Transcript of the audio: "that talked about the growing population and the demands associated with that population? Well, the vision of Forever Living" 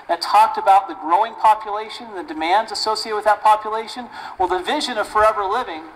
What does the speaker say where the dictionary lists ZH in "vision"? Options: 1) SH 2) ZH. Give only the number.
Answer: 2